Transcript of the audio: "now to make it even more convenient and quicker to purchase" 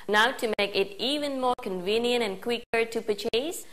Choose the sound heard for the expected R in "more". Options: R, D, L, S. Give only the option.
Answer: R